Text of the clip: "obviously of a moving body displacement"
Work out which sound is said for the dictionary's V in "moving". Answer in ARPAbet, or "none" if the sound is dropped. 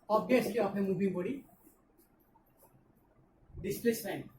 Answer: B